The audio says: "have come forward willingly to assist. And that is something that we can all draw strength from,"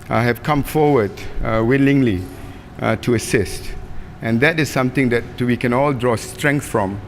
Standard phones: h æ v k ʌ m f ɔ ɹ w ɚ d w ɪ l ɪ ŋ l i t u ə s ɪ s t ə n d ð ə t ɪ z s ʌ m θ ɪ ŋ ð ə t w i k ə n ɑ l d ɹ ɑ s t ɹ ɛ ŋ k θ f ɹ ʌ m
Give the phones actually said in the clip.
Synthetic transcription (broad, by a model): h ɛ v k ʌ m f ɔ w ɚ d w ɪ l ɪ ŋ l i t u ə s ɪ s t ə n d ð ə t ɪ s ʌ m t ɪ ŋ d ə t w i k ə n ɑ l d ɹ ɑ s t ɹ ɛ ŋ k θ f ɹ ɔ m